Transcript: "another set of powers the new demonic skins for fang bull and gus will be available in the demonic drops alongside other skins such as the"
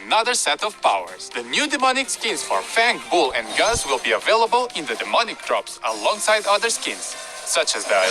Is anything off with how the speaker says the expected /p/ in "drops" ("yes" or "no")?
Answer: no